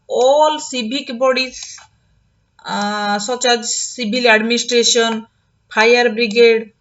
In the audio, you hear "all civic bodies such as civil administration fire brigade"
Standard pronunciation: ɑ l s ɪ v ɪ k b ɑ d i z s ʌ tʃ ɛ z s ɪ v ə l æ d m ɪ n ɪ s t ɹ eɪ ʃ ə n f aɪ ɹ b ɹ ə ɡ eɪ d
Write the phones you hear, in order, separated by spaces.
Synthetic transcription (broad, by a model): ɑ l s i b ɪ k b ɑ d i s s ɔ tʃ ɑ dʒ s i b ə l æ d m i n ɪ s t ɹ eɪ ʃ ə n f aɪ ɹ b ɹ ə ɡ eɪ d